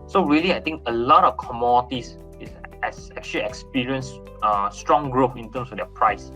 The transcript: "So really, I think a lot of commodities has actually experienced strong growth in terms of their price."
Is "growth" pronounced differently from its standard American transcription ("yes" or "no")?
yes